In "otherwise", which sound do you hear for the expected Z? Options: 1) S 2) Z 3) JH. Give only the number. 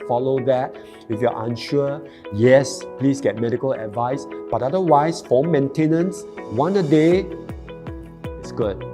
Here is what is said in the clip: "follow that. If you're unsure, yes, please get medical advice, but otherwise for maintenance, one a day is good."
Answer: 1